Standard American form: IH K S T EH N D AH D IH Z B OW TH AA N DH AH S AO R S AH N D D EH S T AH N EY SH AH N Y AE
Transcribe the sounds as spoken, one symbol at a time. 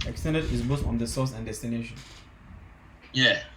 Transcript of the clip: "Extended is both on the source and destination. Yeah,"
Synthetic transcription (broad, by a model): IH K S T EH N D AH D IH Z B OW F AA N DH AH S AO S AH N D D EH S T AH N EY SH AH N Y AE